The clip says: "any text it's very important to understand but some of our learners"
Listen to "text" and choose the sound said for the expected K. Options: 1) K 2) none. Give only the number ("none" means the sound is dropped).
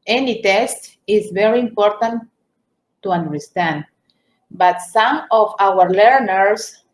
2